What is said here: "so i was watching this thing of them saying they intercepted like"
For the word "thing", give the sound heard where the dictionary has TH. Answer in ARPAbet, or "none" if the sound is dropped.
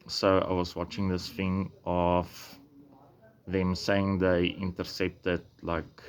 F